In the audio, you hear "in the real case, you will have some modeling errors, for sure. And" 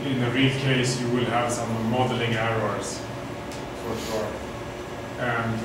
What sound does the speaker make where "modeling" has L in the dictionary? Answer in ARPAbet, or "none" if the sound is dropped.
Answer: L